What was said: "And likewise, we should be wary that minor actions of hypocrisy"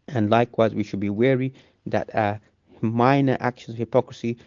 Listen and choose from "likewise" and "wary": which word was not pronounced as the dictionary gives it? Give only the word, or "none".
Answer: none